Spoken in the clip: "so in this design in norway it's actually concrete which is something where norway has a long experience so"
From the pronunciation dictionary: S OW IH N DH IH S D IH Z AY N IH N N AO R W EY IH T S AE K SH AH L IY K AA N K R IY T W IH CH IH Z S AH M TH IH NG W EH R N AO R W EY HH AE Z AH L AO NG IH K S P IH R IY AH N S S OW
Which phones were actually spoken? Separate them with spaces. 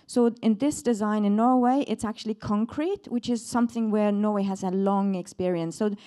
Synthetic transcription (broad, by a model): S OW IH N DH IH S D IH Z AY N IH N N AO R W EY IH T S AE K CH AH L IY K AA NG K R IY T W IH CH IH Z S AH M TH IH NG W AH R N AO R W EY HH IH Z AH L AO NG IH K S P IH R IY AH N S S OW